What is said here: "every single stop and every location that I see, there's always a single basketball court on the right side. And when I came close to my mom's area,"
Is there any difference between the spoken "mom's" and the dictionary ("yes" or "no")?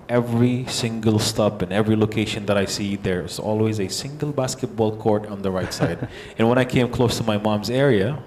no